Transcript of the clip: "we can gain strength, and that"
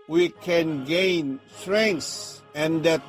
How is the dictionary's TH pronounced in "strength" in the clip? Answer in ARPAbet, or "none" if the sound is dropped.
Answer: S